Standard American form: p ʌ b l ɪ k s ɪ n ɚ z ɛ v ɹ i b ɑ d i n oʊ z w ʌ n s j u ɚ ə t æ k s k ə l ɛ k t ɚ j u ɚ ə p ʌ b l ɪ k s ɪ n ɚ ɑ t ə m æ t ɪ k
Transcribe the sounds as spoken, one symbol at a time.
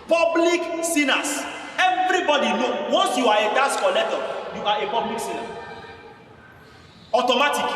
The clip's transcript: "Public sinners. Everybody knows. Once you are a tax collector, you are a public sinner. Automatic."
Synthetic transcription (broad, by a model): p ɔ b l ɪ k s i n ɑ s ɛ v ɹ i b ɑ d i n oʊ w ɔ n s j u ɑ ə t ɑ s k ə l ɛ t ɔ j u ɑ ə p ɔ b l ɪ k s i n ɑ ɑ t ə m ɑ t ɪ k